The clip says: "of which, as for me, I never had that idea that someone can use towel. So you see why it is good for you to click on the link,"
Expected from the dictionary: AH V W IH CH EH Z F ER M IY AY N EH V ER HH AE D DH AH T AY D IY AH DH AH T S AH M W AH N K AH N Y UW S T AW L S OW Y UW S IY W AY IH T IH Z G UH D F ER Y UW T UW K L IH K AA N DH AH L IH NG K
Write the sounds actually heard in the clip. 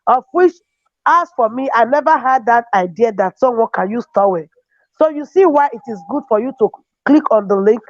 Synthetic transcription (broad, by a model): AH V W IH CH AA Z F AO M IY AY N EH V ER HH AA D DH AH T AY D IY AH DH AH T S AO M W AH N K AH N Y UW S T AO W S OW Y UW S IY W AY IH T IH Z G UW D F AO Y UW T UW K L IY K AA N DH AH L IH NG K